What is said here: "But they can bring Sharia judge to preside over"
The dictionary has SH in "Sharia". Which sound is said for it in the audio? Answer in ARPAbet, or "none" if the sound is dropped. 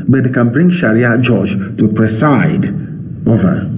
SH